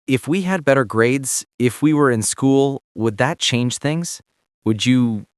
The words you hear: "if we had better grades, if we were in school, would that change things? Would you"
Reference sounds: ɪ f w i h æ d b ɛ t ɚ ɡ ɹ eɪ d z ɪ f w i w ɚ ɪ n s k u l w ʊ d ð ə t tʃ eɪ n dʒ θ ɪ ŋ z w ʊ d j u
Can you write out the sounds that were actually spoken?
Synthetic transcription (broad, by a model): ɪ f w i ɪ d b ɛ t ɚ ɡ ɹ eɪ d z ɪ f w i w ɚ ɪ n s k u l w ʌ d ð ə t tʃ eɪ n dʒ θ ɪ ŋ z w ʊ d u